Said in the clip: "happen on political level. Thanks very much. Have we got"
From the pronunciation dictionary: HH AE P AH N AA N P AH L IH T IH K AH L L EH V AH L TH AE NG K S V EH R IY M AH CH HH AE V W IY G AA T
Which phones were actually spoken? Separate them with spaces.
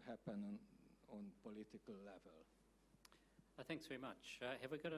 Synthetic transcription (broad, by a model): HH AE P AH N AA N P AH L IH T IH K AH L L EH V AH L TH AE NG K S V EH R IY M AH CH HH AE V W IY G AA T